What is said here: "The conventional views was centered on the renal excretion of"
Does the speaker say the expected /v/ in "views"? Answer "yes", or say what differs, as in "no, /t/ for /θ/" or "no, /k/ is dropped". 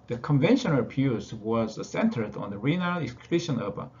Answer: no, /p/ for /v/